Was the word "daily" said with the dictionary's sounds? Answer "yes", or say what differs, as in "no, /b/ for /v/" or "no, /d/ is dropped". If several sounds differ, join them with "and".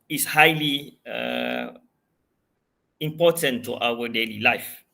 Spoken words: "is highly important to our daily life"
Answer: yes